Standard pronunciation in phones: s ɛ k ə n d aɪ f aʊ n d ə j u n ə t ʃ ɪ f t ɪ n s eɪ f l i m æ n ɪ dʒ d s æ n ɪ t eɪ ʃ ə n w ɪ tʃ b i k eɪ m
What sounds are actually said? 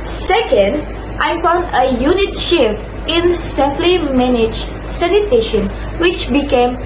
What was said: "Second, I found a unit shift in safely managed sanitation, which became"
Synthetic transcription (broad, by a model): s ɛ k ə n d aɪ f aʊ n d ə j u n ə t ʃ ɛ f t ɪ n s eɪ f l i m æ n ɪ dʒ s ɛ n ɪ t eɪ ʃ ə n w ɪ tʃ b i k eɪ m